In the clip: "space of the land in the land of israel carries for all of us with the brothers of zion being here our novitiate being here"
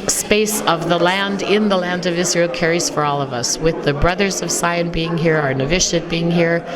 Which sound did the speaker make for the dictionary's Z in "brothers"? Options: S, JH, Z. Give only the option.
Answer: Z